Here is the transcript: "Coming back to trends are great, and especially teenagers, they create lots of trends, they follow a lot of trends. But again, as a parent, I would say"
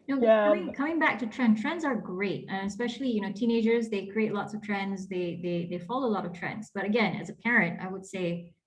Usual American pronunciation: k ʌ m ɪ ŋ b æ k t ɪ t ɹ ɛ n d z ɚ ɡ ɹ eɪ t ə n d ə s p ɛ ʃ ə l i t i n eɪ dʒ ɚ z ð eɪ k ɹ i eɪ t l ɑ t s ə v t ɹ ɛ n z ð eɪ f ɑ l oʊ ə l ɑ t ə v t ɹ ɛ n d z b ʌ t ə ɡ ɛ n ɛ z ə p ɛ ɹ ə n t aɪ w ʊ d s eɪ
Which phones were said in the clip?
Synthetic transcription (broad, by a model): k ʌ m ɪ ŋ b æ k t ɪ t ɹ ɛ n d z ɚ ɡ ɹ eɪ t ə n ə s p ɛ ʃ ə n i t i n eɪ dʒ ɚ z ð eɪ k ɹ i eɪ t l ɑ t s ə v t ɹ ɛ n z ð eɪ f ɑ l oʊ ə l ɑ t ə v t ɹ ɛ n d z b ʌ t ə ɡ ɛ n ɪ z ə p ɛ ɹ ə n t aɪ w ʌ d s eɪ